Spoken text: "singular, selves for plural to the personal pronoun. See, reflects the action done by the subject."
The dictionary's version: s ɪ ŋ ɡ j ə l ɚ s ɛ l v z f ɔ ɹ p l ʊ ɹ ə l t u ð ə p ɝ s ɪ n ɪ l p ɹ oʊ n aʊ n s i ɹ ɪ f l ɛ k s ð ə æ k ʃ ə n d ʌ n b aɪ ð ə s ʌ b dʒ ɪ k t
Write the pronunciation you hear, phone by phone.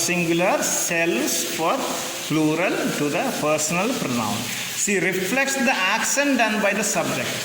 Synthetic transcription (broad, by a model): s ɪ ŋ ɡ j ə l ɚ s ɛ l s f ɔ ɹ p l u ɹ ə l t u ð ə p ɝ s ɪ n ɪ l p ɹ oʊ n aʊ n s i ɹ ɪ f l ɛ k s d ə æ k s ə n d ʌ n b aɪ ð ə s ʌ b dʒ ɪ k t